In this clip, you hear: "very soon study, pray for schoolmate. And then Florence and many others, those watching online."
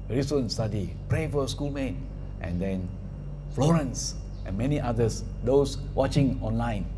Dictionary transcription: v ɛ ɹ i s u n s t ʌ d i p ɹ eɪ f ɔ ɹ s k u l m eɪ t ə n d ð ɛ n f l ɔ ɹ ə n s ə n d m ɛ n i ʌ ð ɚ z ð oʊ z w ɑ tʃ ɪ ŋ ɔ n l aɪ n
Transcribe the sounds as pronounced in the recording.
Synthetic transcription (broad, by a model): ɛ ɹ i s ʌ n s t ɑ d i p ɹ eɪ f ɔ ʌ s k u l m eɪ t ə n d ɛ n f l ɔ ɹ ə n s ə n m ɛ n i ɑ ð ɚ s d oʊ s w ɑ tʃ ɪ ŋ ɔ n l aɪ n